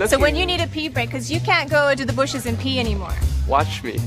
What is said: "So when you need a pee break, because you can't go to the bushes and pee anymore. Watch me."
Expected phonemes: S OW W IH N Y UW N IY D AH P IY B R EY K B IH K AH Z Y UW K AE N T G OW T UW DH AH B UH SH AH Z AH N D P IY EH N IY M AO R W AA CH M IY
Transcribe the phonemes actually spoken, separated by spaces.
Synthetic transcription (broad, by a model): S OW W IH N Y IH N IY D AH P IY B R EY IH K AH Z Y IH K AE N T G OW T UW DH AH B UH SH AH Z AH N P IY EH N IY M AO R W AA CH M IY